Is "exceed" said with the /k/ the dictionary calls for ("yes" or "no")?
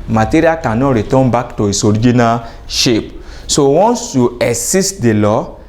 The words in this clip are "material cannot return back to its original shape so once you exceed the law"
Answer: no